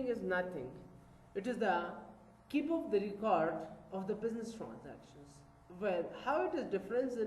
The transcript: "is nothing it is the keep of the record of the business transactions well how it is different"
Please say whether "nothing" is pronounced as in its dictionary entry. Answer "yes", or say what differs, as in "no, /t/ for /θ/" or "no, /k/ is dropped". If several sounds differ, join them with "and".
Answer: no, /t/ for /θ/